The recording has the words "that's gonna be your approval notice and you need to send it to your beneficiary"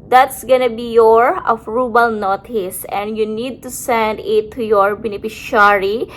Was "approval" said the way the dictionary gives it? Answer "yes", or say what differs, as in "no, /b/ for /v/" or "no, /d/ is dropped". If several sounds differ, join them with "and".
no, /b/ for /v/